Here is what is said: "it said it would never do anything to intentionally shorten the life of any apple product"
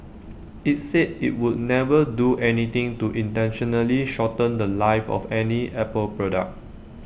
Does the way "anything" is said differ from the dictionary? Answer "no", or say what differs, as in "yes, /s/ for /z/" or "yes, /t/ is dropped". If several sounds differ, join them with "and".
yes, /t/ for /θ/